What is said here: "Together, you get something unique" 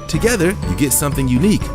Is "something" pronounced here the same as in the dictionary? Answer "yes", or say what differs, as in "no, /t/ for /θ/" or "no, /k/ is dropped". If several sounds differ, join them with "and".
yes